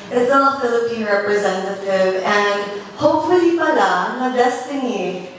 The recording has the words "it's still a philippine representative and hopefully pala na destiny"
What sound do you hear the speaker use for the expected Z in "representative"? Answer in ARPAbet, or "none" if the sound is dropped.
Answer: Z